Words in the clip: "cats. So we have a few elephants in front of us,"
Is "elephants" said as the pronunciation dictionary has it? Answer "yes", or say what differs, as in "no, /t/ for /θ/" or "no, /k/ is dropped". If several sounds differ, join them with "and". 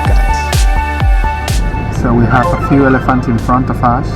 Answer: no, /s/ is dropped